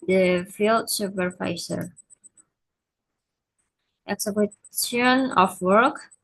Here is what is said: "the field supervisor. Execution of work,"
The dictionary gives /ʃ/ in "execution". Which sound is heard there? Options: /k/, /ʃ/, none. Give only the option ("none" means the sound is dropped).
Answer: none